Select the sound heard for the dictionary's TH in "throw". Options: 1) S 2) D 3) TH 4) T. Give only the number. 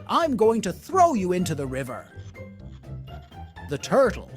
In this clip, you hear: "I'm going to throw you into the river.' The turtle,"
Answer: 3